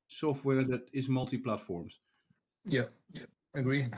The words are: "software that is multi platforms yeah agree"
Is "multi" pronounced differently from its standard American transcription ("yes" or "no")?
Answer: no